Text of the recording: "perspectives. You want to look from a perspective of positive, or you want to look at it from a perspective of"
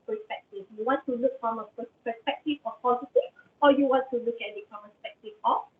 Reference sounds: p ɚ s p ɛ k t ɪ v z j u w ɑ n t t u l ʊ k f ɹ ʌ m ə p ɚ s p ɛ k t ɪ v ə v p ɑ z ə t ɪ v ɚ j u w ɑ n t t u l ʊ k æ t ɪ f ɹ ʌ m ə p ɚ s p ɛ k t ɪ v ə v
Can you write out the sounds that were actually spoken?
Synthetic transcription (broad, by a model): p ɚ s p ɛ k t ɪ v j u w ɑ n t t u l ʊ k f ɹ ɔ m ə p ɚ s p ɛ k t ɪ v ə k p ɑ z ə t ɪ ɔ j u w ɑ n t t u l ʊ k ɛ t ɪ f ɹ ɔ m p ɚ s p ɛ k t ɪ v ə